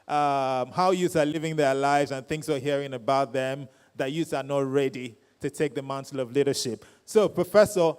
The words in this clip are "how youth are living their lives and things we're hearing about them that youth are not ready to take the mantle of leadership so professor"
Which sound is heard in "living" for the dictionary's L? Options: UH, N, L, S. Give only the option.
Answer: L